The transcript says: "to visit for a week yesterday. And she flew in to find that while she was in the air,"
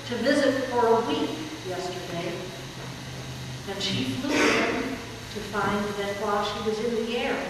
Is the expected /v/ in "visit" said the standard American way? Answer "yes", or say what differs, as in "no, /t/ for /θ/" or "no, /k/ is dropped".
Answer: yes